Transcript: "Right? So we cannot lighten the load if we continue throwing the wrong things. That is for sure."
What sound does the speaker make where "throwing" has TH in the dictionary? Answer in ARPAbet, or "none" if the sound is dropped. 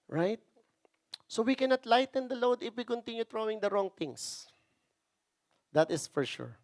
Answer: T